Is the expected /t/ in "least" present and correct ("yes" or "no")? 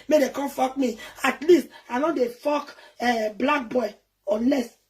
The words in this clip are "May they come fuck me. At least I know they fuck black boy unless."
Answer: yes